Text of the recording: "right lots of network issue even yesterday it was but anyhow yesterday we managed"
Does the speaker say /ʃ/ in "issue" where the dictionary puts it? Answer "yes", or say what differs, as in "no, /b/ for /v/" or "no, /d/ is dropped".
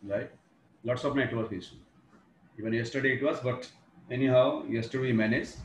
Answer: no, /s/ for /ʃ/